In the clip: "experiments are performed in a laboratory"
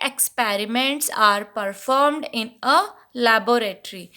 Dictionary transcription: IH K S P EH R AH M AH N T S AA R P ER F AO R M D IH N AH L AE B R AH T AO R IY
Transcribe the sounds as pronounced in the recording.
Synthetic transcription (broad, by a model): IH K S P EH R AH M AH N T S AA R P ER F AO R M D IH N AH L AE B R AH T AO R IY